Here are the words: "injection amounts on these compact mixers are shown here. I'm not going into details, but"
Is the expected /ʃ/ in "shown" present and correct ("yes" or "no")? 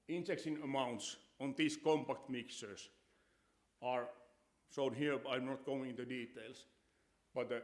no